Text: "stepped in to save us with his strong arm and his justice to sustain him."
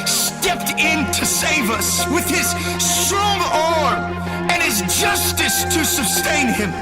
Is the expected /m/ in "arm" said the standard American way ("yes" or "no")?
no